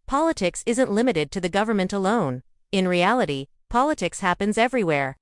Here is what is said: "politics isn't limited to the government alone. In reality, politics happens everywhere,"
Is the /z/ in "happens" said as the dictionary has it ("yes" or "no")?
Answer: yes